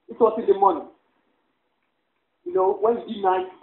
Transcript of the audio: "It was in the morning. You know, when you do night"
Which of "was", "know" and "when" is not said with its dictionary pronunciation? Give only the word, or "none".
was